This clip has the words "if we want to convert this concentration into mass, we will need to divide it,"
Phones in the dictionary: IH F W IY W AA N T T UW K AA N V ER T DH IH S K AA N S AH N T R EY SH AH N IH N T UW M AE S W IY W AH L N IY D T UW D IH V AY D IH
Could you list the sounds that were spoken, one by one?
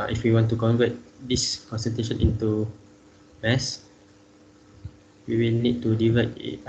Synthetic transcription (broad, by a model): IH F W IY W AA N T T UW K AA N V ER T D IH S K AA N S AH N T EY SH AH N IH N T UW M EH S W IY W AH L N IY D T UW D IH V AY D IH